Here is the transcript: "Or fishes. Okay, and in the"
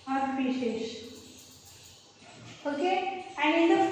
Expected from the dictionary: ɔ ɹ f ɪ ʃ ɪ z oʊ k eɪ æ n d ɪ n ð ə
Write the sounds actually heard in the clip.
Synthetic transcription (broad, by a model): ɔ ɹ p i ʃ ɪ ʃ oʊ k eɪ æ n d ɪ n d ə